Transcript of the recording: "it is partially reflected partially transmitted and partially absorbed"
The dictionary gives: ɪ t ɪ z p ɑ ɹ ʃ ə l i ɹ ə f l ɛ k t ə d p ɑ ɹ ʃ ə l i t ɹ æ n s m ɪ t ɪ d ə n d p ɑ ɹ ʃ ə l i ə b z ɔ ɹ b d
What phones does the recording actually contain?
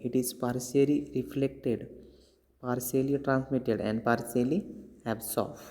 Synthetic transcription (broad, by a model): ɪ t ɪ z p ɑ ɹ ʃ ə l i ɹ ə f l ɛ k t ə d p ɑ ɹ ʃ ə l i t ɹ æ n s m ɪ t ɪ d ə n d p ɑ ɹ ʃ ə l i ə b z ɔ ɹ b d